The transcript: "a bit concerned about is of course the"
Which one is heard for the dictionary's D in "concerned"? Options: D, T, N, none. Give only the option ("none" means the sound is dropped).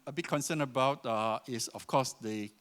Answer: none